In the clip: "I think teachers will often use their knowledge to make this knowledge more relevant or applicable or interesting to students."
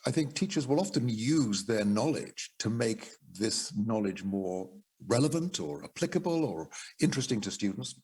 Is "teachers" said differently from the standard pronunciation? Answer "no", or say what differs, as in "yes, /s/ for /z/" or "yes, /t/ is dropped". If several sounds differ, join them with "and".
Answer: no